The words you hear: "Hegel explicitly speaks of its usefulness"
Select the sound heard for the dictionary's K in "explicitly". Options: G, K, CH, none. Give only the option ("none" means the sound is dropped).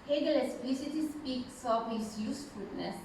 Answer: none